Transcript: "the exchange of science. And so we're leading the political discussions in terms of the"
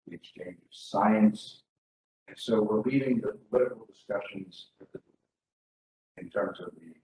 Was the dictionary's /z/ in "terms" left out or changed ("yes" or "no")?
no